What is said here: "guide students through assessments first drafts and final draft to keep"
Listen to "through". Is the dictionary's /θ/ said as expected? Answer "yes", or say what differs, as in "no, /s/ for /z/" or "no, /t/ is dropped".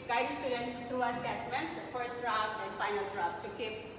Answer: no, /t/ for /θ/